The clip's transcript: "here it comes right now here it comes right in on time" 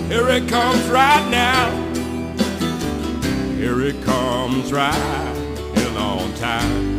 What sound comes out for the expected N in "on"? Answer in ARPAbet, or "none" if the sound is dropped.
L